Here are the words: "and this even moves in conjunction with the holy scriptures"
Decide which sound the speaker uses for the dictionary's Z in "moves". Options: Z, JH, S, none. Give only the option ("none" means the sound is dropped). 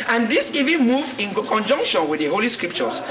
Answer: none